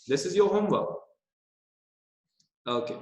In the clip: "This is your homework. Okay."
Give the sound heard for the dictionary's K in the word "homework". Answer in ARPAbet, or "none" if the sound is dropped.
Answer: none